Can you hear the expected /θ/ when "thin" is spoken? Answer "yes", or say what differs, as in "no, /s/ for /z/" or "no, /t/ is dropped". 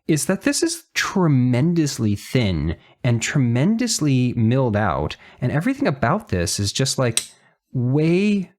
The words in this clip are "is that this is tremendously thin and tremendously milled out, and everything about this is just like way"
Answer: yes